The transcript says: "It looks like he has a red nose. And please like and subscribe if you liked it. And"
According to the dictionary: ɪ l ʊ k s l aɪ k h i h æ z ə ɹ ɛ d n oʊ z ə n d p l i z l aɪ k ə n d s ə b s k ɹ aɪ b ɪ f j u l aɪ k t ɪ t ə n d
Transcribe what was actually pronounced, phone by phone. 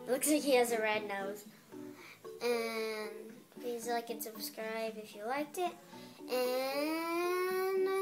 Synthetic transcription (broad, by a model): l ʊ k s l aɪ k h i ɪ z ə ɹ ɛ d n oʊ z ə n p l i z l aɪ k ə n s ə b s k ɹ aɪ b ɪ f j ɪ l aɪ k t ɪ t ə n